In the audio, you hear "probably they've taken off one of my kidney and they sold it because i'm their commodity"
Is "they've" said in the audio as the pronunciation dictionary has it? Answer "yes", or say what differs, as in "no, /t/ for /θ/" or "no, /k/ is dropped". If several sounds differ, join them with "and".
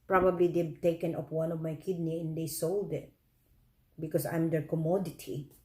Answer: no, /b/ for /v/